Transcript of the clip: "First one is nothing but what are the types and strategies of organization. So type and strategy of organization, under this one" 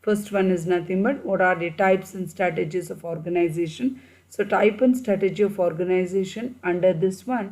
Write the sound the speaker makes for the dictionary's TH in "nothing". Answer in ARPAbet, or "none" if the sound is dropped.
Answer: T